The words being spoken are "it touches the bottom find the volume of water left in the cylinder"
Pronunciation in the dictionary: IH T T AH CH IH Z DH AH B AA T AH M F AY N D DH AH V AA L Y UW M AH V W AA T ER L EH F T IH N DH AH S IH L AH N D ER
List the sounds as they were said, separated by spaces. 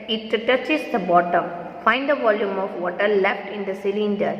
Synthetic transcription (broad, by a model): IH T T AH CH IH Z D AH B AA T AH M F AY N D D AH V AA L Y UW M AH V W AA T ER L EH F T IH N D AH S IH L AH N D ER